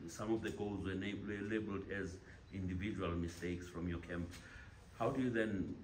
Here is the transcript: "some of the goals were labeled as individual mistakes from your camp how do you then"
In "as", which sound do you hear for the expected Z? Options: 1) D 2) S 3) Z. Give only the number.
3